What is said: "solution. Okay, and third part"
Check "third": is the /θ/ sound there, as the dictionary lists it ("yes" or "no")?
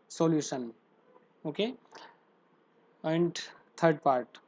no